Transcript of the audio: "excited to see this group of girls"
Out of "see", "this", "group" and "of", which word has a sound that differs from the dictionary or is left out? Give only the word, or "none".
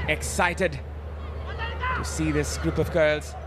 none